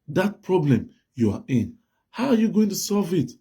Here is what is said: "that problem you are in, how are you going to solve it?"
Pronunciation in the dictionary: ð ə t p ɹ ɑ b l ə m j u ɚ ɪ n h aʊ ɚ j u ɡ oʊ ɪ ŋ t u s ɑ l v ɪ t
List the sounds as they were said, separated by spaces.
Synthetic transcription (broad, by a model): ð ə t p ɹ ɑ b l ə m j u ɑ ɪ n h aʊ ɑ j u ɡ oʊ ɪ ŋ t u s ɑ l v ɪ t